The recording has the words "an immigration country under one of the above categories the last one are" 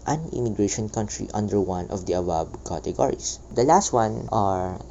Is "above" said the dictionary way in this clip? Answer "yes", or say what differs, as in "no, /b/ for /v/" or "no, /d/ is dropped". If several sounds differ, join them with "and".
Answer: no, /b/ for /v/